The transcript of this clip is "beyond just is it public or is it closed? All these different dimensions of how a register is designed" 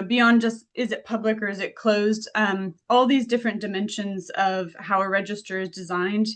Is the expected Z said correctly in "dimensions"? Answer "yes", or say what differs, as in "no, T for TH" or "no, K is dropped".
yes